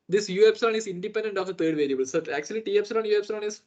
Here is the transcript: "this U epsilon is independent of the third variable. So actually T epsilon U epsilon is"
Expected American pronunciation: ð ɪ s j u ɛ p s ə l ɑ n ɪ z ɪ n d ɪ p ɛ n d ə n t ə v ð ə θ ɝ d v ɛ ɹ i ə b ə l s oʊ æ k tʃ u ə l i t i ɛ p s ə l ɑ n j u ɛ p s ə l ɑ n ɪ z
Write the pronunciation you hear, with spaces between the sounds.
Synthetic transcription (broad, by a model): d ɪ s j u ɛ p s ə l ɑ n ɪ z ɪ n d ɪ p ɛ n d ə n t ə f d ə t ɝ d v ɛ ɹ i ə b ə l s oʊ æ k tʃ u ə l i t i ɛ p s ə l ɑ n j u ɛ p s ə l ɑ n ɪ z